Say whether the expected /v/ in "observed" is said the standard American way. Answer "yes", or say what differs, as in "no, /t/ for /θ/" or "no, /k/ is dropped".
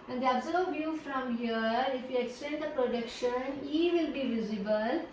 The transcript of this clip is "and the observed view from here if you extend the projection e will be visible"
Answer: no, /v/ is dropped